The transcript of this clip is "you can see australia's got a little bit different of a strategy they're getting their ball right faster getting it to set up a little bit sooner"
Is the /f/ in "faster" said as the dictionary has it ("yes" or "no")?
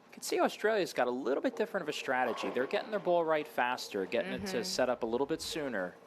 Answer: yes